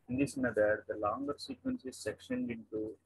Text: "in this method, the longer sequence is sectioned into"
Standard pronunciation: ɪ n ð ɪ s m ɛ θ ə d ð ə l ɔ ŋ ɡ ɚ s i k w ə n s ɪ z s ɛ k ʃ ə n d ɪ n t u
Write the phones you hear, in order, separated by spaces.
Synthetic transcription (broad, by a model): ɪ n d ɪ s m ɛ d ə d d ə l ɔ ŋ ɡ ɚ s i k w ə n s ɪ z s ɛ k ʃ ə n d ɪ n t u